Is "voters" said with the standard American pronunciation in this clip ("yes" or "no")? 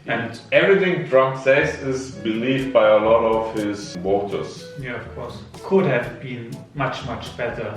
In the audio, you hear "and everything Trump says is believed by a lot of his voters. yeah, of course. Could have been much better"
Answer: no